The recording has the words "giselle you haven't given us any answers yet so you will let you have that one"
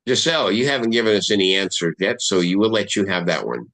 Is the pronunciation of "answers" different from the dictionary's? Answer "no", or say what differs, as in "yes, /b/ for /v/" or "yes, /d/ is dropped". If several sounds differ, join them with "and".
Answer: yes, /z/ is dropped